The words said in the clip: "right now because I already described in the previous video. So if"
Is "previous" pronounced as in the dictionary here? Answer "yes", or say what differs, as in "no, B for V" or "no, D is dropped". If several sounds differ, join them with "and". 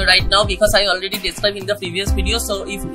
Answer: yes